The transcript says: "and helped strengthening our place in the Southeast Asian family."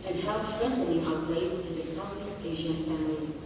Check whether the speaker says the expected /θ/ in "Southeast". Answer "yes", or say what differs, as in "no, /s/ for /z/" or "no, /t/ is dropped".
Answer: no, /f/ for /θ/